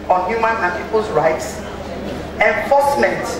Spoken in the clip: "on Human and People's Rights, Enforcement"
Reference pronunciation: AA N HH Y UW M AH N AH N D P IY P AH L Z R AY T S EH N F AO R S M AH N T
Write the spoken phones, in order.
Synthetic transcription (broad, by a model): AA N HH Y UW M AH N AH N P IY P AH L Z R AY T S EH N F AO S M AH N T